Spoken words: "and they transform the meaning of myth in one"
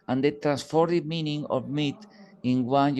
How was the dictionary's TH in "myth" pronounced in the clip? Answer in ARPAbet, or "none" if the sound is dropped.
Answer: T